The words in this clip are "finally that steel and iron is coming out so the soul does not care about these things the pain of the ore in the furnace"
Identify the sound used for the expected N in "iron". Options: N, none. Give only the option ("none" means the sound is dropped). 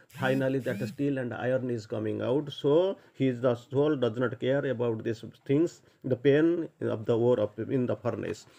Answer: N